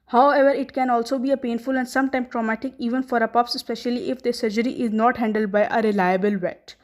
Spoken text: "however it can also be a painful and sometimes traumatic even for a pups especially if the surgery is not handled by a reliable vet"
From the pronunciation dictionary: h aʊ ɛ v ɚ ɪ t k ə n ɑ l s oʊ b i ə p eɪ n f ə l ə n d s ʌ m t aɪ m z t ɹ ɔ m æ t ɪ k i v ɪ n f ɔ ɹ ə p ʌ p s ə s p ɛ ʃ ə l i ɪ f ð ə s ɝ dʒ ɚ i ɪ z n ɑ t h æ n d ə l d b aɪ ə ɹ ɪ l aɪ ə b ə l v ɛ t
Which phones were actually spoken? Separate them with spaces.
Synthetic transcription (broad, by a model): h aʊ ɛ v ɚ ɪ t k ə n ɑ l s oʊ b i ə p eɪ n f ə l ə n d s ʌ m t aɪ m t ɹ ɔ m æ t ɪ k i v ɪ n f ɔ ɹ ə p ʌ p s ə s p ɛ ʃ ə l i ɪ f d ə s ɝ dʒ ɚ i ɪ z n ɑ t h æ n d ə l d b aɪ ə ɹ ɪ l aɪ ə b ə l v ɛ t